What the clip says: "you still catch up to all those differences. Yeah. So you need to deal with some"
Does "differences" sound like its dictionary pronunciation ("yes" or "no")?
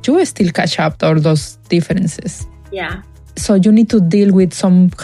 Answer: no